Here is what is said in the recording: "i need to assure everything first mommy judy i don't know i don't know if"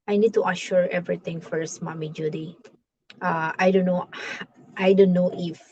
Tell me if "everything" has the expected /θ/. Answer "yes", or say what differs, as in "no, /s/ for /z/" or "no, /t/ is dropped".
no, /t/ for /θ/